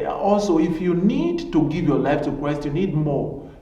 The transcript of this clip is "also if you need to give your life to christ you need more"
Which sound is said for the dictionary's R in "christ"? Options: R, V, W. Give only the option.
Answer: W